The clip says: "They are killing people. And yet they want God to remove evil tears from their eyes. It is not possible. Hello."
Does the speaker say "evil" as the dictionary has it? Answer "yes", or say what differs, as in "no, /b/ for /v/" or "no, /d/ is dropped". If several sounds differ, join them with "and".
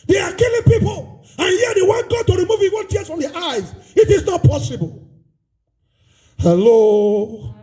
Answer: no, /w/ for /v/ and /n/ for /l/